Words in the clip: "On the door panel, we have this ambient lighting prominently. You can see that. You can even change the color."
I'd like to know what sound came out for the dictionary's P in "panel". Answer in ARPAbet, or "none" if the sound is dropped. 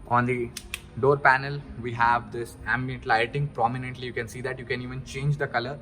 P